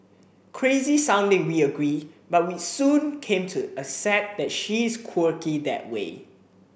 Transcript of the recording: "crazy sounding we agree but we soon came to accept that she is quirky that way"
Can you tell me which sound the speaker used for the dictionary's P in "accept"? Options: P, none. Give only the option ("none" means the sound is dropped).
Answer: none